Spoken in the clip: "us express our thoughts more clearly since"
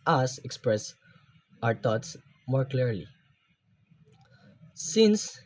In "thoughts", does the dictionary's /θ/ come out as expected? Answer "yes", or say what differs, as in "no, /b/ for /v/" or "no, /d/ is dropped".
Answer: no, /t/ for /θ/